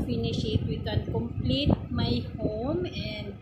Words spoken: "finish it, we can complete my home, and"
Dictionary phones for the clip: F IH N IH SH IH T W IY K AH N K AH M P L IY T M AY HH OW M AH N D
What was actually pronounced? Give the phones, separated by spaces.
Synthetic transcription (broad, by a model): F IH N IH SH IH T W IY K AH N K AH M P L IY T M AY HH OW M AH N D